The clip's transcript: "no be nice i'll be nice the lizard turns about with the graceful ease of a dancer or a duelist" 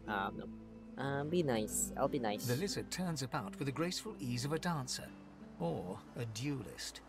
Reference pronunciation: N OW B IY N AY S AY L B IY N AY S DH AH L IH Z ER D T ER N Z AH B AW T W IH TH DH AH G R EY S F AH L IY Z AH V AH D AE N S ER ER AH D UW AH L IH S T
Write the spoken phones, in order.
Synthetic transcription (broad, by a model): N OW B IY N AY S AY L B IY N AY S DH AH L IH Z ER T ER N Z AH B AW T W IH DH AH G R EY S F AH L IY Z AH V AH D AE N S ER ER AH D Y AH L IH S T